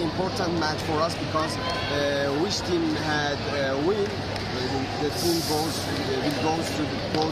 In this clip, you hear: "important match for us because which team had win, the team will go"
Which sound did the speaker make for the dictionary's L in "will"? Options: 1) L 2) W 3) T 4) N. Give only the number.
2